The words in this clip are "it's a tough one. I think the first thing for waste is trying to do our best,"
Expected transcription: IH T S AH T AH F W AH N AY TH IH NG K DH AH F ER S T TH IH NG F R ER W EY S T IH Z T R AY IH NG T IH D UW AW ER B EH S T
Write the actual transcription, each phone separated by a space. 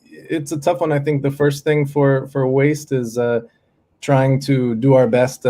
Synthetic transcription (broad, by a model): IH T S AH T AH F W AH N AY TH IH NG K DH AH F ER S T TH IH NG F R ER W EY S T IH Z T R AY IH NG T IH D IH AW ER B EH S T